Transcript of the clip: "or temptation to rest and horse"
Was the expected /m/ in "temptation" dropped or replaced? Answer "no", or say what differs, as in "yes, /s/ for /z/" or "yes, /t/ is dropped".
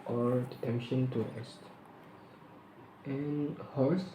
yes, /m/ is dropped